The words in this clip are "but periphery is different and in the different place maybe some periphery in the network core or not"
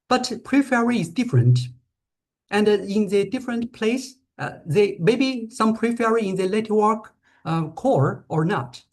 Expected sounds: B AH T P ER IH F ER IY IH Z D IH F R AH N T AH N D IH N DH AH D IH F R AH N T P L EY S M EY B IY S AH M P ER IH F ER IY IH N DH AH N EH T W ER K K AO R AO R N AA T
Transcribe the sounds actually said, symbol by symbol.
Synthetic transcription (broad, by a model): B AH T P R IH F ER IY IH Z D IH F R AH N T AH N D IH N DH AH D IH F R AH N T P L EY S M EY B IY S AH M P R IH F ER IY IH N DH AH L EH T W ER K K AO R AO R N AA T